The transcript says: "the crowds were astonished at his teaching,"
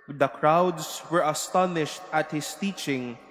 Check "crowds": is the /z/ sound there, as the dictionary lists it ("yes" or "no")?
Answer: no